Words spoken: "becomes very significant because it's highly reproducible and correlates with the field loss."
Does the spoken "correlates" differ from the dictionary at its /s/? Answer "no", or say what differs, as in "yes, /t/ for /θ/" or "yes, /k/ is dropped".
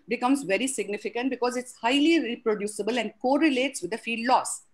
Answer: no